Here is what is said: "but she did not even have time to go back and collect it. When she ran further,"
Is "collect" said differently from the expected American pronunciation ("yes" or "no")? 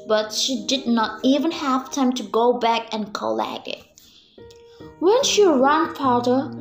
yes